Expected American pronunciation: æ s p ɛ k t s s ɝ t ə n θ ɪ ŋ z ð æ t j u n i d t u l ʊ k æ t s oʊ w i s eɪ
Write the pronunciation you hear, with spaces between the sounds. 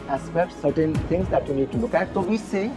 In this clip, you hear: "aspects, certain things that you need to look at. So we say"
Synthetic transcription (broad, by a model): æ s p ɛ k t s s ɝ t ə n t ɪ ŋ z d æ t j u n i d t u l ʊ k æ t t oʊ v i s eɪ